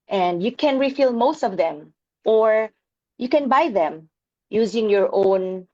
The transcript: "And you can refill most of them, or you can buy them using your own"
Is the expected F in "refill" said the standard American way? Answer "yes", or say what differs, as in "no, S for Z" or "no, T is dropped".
yes